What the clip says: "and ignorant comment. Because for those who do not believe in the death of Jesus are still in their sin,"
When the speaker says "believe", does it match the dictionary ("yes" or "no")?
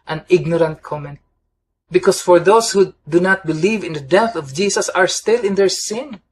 yes